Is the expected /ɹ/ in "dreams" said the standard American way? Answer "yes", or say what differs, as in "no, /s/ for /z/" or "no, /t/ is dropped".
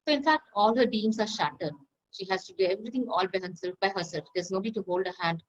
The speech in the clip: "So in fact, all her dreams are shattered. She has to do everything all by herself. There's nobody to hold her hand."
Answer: no, /ɹ/ is dropped